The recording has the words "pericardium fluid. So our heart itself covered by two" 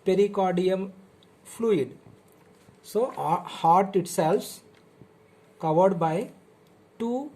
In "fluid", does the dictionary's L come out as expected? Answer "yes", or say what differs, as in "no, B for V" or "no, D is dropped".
yes